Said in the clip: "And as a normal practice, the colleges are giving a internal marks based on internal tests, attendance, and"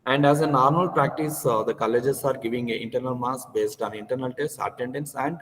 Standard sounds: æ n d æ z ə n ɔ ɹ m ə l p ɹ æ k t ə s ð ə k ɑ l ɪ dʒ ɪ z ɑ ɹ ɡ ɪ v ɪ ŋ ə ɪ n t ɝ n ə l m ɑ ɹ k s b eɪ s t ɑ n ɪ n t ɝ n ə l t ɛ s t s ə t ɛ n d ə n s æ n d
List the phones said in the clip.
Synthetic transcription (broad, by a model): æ n d æ z ə n ɔ ɹ m ə l p ɹ æ k t ə s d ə k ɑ l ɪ dʒ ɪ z ɑ ɹ ɡ ɪ v ɪ ŋ ə ɪ n t ɝ n ə l m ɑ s k b eɪ s t ɑ n ɪ n t ɝ n ə l t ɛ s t ə t ɛ n d ə n s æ n d